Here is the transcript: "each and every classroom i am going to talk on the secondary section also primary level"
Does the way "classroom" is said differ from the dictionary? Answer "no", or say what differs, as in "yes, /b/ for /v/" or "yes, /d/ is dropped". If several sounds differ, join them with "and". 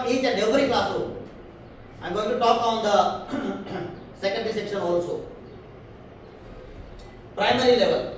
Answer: yes, /ɹ/ is dropped and /m/ is dropped